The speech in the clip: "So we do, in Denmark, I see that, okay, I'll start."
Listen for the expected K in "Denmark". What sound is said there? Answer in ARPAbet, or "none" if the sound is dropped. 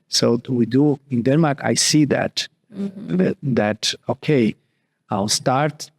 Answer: K